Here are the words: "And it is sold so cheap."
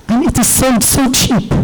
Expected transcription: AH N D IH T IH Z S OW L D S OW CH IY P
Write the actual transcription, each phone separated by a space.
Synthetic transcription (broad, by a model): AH N IH T IH Z S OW N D S OW CH IY P